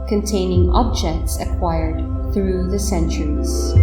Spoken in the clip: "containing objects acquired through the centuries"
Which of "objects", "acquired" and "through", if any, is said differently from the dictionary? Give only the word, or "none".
none